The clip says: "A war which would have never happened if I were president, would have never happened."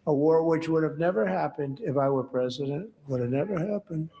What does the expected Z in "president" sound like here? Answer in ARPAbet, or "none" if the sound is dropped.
Z